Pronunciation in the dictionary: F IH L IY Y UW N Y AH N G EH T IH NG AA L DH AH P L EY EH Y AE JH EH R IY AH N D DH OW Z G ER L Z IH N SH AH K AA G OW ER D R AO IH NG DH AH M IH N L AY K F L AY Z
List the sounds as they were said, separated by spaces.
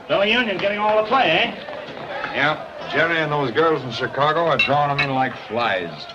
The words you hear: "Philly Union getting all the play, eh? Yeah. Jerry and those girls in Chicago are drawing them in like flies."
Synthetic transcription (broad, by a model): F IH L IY Y UW N Y AH N G EH T IH NG AA L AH P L EY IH Y AE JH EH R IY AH N DH OW Z G ER L Z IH N SH AH K AA G OW ER D R AO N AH M IH N L AY K F L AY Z